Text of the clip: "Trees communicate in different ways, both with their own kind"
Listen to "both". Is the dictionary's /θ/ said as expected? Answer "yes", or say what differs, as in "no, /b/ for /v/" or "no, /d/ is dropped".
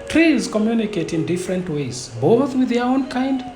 yes